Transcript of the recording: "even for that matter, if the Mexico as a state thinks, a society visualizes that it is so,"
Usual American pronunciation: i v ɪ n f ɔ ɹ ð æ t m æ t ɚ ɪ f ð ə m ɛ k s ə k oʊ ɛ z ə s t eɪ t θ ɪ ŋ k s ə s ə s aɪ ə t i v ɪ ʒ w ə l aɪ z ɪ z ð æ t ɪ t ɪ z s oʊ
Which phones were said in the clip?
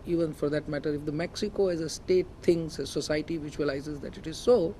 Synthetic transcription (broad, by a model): i v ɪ n f ɔ ɹ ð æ t m æ t ɚ ɪ f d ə m ɛ k s ə k oʊ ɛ z ə s t eɪ t t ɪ ŋ s ə s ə s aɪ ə t i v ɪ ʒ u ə l aɪ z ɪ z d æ t ɪ t ɪ z s oʊ